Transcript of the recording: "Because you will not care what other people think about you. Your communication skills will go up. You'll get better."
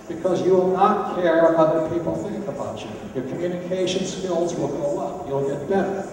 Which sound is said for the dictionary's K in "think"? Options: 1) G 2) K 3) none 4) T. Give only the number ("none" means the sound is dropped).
2